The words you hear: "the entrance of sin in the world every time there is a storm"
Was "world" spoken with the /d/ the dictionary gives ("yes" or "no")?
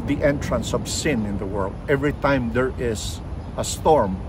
yes